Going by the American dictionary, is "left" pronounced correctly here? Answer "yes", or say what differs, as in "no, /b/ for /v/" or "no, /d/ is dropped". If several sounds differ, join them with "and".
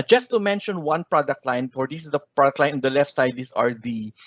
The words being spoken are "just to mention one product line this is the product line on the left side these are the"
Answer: yes